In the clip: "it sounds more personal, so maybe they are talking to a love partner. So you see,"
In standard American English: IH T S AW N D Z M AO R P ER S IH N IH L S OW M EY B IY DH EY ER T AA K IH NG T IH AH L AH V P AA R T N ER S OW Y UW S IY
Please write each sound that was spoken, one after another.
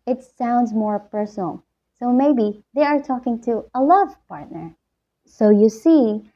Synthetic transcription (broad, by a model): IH T S AW N D Z M AO R P ER S N L S OW M EY B IY DH EY ER T AA K IH NG T IH AH L AH V P AA R T N ER S OW Y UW S IY